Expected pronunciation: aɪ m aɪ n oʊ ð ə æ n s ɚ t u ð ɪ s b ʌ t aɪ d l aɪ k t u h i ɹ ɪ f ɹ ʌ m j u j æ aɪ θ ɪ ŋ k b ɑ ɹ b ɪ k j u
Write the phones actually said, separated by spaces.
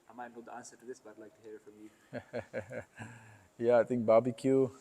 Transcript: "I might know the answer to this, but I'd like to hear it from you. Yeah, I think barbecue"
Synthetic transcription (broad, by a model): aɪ m aɪ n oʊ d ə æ n s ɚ t u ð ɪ s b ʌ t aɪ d l aɪ k t u h i ɹ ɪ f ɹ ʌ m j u j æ aɪ t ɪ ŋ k b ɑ b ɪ k j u